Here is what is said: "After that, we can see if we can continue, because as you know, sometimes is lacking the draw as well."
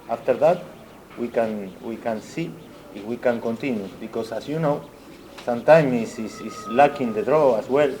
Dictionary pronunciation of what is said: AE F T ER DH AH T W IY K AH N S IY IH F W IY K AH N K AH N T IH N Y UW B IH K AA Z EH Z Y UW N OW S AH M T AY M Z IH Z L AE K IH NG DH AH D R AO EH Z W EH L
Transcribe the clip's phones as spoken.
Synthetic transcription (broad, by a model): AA F T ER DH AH T W IY K AH N S IY IH F W IY K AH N K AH N T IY N Y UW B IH K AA S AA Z Y UW N OW S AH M T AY M S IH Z L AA K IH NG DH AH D R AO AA S W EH L